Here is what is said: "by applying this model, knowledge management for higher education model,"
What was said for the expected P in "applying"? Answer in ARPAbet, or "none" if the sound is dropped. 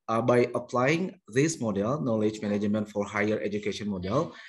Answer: P